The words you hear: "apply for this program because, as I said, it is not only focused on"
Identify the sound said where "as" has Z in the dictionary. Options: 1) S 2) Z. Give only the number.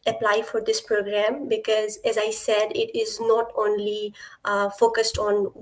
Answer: 2